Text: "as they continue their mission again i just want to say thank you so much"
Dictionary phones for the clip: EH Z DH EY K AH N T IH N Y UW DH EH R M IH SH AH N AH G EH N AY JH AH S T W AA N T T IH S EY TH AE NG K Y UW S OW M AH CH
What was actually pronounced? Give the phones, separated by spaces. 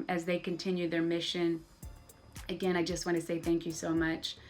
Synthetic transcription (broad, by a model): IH Z DH EY K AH N T IH N Y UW DH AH R M IH SH AH N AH G EH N AY JH AH S T W AA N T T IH S EY TH AE NG K Y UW S OW M AH CH